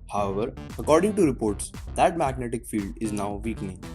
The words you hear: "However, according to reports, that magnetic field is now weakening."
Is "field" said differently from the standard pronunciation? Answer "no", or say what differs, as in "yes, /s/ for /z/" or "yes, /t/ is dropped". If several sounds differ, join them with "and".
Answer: no